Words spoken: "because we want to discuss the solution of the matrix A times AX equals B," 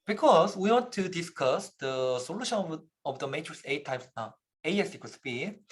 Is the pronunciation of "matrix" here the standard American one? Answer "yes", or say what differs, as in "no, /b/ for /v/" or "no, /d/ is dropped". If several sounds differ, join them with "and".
no, /k/ is dropped